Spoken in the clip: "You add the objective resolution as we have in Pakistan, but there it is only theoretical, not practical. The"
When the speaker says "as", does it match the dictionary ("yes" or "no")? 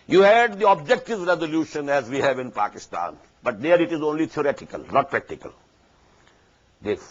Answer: yes